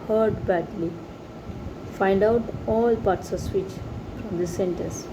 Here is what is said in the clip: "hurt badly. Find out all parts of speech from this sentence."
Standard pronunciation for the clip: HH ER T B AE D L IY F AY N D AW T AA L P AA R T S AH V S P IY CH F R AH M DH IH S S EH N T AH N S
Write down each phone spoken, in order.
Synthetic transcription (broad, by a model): HH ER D B AE D L IY F AY N D AW T AA L P AA R T S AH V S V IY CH F R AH M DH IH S S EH N T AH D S